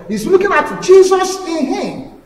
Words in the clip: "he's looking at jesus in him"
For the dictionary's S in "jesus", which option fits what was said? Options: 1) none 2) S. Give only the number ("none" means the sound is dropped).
2